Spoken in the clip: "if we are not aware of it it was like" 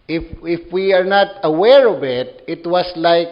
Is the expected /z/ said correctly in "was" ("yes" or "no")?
no